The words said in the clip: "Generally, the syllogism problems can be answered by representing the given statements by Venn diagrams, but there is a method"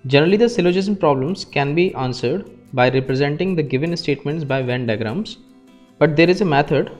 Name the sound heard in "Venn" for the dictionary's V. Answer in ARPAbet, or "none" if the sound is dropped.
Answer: V